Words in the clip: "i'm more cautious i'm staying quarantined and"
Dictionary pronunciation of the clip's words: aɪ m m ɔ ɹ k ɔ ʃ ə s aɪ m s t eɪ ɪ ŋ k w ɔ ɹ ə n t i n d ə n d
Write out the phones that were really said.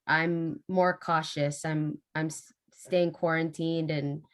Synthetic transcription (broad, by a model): aɪ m m ɔ ɹ k ɔ ʃ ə s aɪ m s t eɪ ɪ ŋ k w ɔ ɹ ə n t i n d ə n